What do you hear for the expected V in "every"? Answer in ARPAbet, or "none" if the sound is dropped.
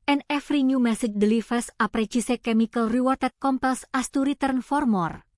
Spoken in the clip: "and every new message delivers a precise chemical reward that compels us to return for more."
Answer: F